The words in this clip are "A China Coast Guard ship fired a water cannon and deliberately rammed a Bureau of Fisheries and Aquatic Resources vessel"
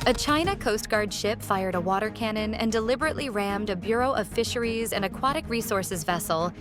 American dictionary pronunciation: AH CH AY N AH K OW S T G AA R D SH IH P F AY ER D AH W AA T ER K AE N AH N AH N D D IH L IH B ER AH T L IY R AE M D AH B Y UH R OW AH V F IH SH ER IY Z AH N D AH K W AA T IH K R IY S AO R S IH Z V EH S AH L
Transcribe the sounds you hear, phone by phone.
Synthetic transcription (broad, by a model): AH CH AY N AH K OW S T G AA R D SH IH P F AY ER D AH W AA T ER K AE N AH N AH N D D IH L IH B ER AH T L IY R AE M D AH B Y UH R OW AH V F IH SH ER IY Z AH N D AH K W AA T IH K R IY S AO R S IH Z V EH S L